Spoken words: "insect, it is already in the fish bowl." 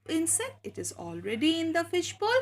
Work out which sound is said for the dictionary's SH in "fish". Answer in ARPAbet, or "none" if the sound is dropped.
SH